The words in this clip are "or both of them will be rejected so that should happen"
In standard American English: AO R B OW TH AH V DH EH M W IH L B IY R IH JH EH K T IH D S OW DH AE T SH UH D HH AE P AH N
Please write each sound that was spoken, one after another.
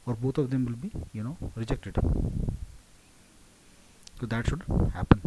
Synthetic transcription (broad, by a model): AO R B OW T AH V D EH M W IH L B IY R IH JH EH K T IH D S OW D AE T SH UH D HH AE P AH N